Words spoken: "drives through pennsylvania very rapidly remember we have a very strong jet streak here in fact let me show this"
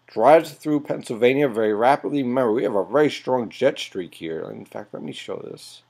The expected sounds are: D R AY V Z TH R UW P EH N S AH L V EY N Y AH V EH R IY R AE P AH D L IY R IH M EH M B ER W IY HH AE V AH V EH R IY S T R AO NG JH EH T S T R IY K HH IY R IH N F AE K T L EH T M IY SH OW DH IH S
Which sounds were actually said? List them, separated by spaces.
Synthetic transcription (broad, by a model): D R AY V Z TH R UW P EH N S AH L V EY N Y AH V EH R IY R AE P AH D L IY M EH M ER W IY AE V AH V EH R IY S T R AO NG JH EH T S T R IY K HH IY R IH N F AE K T L EH T M IY SH OW DH IH S